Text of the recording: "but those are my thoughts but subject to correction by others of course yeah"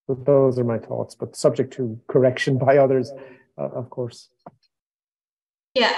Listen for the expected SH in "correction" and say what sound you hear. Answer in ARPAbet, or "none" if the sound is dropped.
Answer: SH